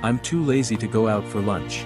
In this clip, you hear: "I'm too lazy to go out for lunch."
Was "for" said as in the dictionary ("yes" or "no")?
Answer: yes